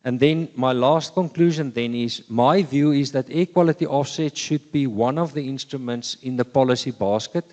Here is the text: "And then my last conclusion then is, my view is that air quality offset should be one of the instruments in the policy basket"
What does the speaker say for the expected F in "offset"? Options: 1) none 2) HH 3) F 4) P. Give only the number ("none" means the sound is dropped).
3